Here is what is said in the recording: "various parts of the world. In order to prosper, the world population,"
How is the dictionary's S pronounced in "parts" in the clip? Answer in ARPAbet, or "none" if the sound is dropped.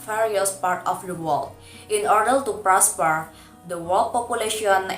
none